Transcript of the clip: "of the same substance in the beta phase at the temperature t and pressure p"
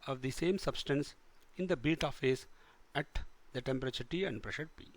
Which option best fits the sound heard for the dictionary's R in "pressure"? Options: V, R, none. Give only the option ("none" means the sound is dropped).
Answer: R